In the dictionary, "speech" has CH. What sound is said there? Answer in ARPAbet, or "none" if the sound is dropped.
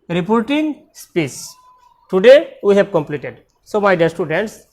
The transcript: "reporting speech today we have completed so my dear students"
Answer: S